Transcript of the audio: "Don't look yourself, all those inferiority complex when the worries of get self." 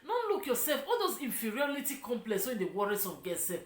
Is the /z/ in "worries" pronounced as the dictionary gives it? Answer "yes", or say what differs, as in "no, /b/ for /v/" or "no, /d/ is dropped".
no, /s/ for /z/